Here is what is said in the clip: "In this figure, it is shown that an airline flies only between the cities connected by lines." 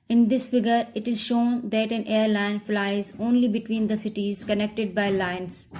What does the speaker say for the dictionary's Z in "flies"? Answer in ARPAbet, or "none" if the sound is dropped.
Z